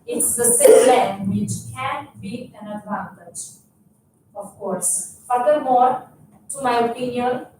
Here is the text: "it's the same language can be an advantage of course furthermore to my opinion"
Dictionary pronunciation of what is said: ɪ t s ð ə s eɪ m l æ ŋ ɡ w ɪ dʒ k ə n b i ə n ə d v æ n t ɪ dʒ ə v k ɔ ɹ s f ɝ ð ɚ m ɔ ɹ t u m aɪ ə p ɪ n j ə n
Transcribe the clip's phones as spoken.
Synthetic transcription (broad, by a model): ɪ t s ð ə s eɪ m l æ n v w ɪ tʃ k ə n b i ə n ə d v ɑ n t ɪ dʒ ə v k ɔ ɹ s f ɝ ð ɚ m ɔ ɹ t u m aɪ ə p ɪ n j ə n